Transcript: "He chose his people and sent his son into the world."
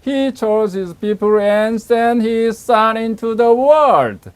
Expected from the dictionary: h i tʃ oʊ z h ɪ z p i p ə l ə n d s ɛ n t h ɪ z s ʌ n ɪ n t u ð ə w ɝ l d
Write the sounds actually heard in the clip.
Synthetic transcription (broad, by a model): h i tʃ oʊ z h ɪ z p i p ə l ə n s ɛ n h ɪ z s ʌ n ɪ n t u ð ə w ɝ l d